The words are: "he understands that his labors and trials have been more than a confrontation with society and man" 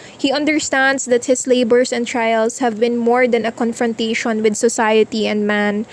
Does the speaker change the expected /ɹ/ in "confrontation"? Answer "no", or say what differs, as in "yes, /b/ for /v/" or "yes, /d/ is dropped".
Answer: no